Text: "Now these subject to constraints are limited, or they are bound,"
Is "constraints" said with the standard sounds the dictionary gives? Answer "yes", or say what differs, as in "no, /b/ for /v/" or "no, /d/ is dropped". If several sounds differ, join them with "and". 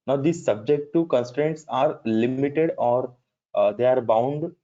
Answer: yes